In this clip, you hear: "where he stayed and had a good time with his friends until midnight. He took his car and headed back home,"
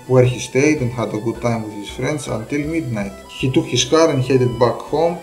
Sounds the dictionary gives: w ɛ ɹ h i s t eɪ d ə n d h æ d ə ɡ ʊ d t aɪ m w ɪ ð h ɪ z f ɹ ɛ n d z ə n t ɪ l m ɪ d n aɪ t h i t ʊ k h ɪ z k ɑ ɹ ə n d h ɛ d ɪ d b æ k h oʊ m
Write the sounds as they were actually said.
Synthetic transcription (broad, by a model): w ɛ ɹ h i s t eɪ d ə n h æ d ə ɡ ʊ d t aɪ m w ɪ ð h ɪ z f ɹ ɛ n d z ə n t ɪ l m ɪ d n aɪ t h i t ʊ k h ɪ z k ɑ ɹ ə n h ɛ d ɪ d b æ k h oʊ m